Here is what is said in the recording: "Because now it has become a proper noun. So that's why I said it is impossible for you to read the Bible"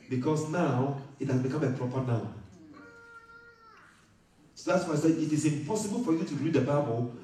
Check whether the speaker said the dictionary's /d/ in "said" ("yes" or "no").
no